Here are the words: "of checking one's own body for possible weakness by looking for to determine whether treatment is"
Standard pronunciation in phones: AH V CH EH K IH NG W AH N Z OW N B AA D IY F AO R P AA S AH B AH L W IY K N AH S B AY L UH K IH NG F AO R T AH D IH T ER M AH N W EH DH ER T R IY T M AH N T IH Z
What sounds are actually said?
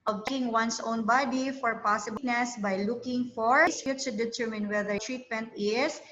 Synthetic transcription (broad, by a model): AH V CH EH IH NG W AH N S OW N B AA D IY F AO R P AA S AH B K N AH S B AY L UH K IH NG F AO R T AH D IH T ER M AH N W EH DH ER T R IY T M AH N T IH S